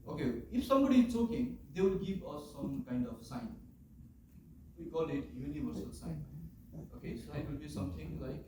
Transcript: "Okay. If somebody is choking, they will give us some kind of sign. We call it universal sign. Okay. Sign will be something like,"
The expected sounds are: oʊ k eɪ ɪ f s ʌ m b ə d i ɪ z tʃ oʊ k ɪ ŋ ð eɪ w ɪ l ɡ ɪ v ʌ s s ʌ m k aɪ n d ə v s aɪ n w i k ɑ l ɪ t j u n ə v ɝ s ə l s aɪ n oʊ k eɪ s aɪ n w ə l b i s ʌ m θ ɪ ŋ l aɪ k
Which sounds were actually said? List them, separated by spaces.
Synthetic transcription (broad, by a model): oʊ k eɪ ɪ f s ʌ m b ə d i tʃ oʊ k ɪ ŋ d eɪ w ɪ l ɡ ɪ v ʌ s s ʌ m k aɪ n d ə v s aɪ n w i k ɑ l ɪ t j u n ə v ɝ s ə l s aɪ n oʊ k eɪ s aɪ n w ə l b i s ʌ m t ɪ ŋ l aɪ k